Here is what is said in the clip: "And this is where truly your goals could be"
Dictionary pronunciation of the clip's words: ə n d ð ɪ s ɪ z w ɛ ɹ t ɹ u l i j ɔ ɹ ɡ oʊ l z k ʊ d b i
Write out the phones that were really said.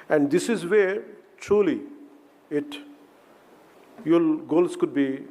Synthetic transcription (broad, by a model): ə n d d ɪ s ɪ z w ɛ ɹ t ɹ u l i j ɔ l ɡ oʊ l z k ʊ d b i